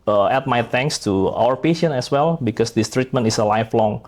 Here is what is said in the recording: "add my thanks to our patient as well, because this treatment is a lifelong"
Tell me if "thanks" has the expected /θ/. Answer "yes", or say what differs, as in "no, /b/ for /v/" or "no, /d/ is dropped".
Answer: no, /t/ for /θ/